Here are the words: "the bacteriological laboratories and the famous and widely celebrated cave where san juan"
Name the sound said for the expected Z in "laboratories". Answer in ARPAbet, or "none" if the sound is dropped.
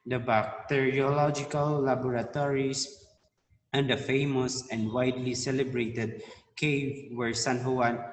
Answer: S